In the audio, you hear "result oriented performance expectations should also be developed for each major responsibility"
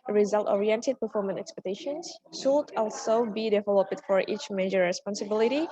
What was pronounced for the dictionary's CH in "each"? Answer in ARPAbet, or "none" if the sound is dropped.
CH